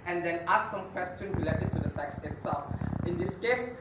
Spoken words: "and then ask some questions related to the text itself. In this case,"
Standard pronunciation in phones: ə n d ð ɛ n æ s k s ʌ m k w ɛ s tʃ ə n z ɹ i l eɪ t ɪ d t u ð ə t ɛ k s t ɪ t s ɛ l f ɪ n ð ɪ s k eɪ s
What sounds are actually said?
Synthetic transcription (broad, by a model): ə n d ɛ n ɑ s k s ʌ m k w ɛ s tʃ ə n ɹ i l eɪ t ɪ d t u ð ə t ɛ k s ɪ t s ɛ l f ɪ n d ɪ s k eɪ s